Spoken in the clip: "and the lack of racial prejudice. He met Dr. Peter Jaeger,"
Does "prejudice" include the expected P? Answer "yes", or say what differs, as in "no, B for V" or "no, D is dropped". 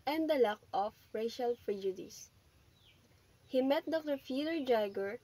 no, F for P